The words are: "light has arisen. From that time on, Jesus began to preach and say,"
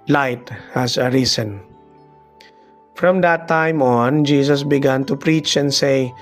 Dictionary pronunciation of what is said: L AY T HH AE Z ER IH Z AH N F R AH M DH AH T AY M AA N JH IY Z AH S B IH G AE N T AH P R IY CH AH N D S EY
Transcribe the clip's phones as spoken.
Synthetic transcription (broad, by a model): L AY T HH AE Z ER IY S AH N F R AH M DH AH T AY M AA N JH IY S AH S B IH G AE N T AH P R IY CH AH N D S EY